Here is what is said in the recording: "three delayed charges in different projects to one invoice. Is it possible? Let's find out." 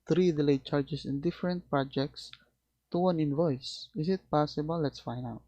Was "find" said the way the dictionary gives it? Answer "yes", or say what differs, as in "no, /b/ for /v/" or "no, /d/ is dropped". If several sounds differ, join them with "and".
no, /d/ is dropped